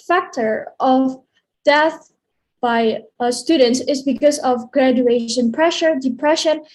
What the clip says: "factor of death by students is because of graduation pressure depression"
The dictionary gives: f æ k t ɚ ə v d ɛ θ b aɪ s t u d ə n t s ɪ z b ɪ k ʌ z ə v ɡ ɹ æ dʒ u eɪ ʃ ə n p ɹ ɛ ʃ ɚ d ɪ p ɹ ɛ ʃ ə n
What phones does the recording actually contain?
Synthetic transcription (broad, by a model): f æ k t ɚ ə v d ɛ θ b aɪ s t u d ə n t s ɪ z b ɪ k ʌ z ə v ɡ ɹ æ dʒ u eɪ ʃ ə n p ɹ ɛ ʃ ɚ d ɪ p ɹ ɛ ʃ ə n